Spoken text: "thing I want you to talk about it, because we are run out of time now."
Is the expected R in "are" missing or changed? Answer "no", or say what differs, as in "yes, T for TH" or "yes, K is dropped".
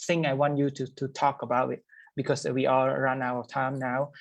yes, L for R